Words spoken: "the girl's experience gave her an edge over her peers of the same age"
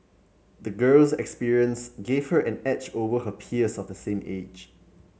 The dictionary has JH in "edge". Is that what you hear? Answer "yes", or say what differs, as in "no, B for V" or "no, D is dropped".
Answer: no, CH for JH